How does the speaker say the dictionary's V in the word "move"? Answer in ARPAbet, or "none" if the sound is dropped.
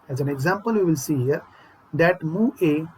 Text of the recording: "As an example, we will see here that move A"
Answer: none